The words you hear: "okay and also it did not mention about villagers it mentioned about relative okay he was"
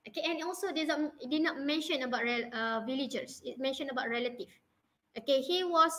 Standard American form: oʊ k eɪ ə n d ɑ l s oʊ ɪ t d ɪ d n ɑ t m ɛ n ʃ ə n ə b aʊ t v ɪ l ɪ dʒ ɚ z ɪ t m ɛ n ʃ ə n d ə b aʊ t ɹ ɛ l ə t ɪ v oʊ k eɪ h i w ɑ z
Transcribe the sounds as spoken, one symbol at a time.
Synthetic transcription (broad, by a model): oʊ k eɪ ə n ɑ l s oʊ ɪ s d ɪ d n ɑ t m ɛ n ʃ ə n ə b aʊ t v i l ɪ dʒ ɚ s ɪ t m ɛ n ʃ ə n ə b aʊ t ɹ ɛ l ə t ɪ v oʊ k eɪ h i w ɑ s